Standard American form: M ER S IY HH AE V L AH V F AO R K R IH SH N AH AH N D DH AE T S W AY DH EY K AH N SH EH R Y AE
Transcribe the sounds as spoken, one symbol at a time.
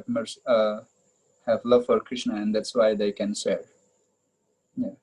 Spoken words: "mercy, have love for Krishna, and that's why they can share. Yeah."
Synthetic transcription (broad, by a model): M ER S HH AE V L AH V F AO R K R IH SH N AH AH N D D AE T S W AY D EY K AH N S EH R Y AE